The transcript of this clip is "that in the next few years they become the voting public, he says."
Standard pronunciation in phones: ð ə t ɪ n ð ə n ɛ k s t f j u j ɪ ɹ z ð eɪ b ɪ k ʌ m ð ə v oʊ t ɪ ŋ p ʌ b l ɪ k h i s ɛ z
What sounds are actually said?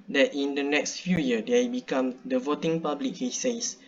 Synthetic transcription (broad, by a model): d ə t ɪ n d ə n ɛ k s t f j u j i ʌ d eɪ b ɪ k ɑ m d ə v oʊ t ɪ ŋ p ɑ b l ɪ k h i s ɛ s